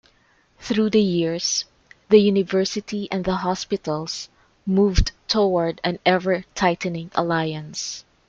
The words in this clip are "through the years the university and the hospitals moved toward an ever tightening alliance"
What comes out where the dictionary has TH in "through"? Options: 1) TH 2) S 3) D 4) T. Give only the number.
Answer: 1